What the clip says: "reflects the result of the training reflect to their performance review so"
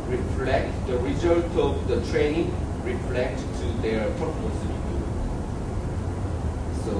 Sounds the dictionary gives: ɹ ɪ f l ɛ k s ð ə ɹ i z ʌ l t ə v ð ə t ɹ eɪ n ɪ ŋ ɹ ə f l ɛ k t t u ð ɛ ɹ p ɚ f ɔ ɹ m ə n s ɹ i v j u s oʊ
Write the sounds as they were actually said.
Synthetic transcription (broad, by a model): ɹ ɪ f l ɛ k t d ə ɹ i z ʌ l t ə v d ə t ɹ eɪ n ɪ ŋ ɹ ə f l ɛ k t t u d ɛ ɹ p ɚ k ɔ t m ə s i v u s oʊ